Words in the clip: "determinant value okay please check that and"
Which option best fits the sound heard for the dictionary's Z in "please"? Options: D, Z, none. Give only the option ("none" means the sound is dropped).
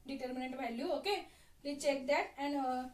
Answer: none